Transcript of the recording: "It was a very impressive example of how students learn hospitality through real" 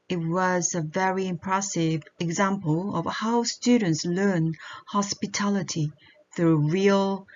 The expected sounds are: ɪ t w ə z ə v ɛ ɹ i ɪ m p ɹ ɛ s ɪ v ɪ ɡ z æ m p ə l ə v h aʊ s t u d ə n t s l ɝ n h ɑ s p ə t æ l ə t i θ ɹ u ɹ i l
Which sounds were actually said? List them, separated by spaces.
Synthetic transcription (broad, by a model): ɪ t w ə z ə v ɛ ɹ i ɪ m p ɹ ɛ s ɪ v ɪ ɡ z æ m p ə l ə v h aʊ s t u d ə n t s l ɝ n h ɑ s p ə t æ l ə t i θ ɹ u ɹ i l